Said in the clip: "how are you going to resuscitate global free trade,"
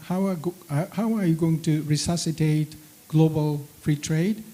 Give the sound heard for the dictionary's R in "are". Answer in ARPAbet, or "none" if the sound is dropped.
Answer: W